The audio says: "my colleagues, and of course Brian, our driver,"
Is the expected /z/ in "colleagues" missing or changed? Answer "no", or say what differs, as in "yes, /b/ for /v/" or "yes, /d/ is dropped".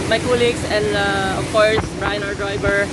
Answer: yes, /s/ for /z/